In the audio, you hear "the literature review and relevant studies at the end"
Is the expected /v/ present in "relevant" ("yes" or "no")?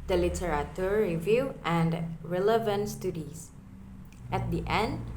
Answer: yes